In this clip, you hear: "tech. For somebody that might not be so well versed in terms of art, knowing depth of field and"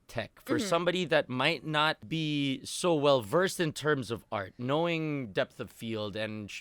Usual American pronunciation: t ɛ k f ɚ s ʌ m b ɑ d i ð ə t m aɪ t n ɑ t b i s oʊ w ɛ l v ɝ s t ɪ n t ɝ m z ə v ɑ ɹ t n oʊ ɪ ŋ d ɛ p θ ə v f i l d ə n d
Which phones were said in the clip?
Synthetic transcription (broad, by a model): t ɛ k f ɚ s ʌ m b ɑ d i ð ə t m aɪ t n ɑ t b i s oʊ w ɛ l v ɝ s t ɪ n t ɝ m z ə v ɑ ɹ t n oʊ ɪ ŋ d ɛ p θ ə v f i l d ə n